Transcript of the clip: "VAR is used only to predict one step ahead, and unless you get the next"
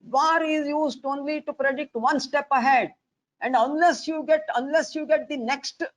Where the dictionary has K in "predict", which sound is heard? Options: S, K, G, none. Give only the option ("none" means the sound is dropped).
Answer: K